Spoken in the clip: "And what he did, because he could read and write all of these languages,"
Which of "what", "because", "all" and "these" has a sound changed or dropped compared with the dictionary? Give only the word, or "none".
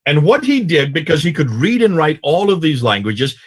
none